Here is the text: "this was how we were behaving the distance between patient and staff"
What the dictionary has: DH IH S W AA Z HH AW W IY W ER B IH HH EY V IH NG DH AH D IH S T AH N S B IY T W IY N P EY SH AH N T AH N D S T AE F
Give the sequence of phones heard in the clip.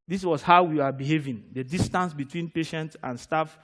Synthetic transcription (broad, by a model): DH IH S W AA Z HH AW W IY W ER B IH HH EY V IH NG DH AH D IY S T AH N S B IY T W IY N P EY SH AH N T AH N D S T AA F